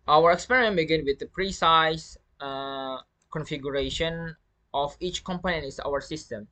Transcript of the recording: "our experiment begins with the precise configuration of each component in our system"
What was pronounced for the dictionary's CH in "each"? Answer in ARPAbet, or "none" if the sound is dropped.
CH